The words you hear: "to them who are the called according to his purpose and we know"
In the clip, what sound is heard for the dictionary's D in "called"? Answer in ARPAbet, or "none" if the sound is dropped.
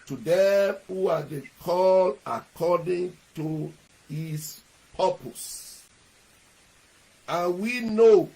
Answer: none